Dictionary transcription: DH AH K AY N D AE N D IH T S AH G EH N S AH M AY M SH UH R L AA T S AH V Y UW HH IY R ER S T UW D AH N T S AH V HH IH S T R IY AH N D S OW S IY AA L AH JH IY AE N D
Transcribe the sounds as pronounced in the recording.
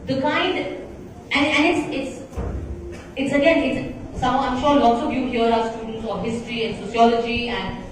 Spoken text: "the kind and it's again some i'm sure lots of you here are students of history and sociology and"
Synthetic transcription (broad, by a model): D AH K AY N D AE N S IH T S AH G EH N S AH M AY M SH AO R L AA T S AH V Y UW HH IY R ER S T UW D AH N T S AH V HH IH S T R IY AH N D S OW S IY AA L AH JH IY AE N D